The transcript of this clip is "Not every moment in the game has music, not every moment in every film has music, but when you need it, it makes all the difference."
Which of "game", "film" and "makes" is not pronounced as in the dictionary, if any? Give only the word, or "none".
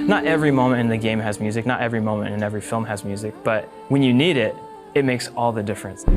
none